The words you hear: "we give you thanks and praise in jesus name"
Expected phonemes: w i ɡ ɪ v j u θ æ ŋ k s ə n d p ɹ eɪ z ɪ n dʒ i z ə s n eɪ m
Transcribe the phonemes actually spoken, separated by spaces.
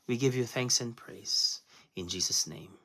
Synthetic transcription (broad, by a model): w i ɡ ɪ v j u θ æ ŋ k s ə n p ɹ eɪ z ɪ n dʒ i z ə s n eɪ m